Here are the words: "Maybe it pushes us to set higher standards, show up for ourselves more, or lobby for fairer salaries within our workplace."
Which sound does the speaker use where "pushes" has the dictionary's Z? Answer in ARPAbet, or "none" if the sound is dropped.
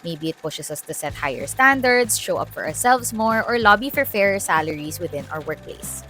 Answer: S